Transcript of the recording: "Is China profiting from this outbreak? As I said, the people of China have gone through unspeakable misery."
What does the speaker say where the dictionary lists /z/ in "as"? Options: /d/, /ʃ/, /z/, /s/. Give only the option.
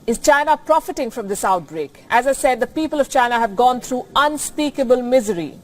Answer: /z/